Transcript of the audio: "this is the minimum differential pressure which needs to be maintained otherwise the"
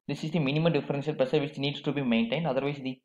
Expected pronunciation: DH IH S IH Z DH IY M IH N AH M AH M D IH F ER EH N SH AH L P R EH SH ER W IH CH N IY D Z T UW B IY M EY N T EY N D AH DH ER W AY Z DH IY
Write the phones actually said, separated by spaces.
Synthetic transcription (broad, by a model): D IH S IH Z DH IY M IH N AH M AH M D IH F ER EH N S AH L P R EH S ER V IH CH N IY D S T UW B IY M EY N T EY N D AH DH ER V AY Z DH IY